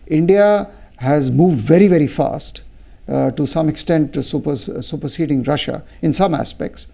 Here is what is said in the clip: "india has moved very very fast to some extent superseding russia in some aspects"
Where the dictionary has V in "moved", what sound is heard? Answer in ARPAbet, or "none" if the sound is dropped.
V